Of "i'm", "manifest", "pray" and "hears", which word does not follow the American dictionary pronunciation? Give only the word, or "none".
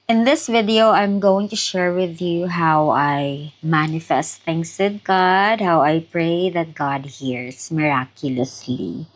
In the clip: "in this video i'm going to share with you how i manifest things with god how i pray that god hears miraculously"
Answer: hears